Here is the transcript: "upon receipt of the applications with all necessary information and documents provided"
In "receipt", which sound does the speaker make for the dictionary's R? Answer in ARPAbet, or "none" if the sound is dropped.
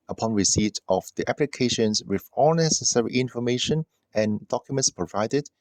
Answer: R